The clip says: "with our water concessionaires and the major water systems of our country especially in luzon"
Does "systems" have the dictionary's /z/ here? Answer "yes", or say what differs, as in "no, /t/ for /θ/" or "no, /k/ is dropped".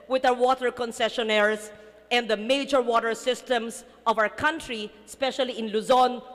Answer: no, /s/ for /z/